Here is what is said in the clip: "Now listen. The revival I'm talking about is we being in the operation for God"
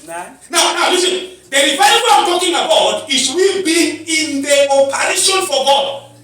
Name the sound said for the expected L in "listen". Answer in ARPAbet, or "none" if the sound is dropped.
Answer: N